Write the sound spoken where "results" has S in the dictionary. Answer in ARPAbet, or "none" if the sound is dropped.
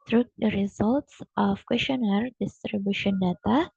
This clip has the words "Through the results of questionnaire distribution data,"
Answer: S